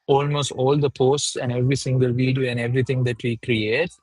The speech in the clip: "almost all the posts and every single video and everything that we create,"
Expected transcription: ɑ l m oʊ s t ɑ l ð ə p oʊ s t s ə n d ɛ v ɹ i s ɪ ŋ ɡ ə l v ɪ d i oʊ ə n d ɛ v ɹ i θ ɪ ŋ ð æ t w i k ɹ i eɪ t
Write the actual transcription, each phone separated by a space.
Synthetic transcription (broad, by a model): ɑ l m oʊ s t ɑ l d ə p oʊ s t s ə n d ɛ v ɹ i s ɪ ŋ ɡ ə l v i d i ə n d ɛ v ɹ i t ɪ ŋ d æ t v i k ɹ i eɪ t